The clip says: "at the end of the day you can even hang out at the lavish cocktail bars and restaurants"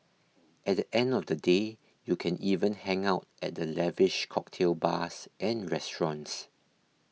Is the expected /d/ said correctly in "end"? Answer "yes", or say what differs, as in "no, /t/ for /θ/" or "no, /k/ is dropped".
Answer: yes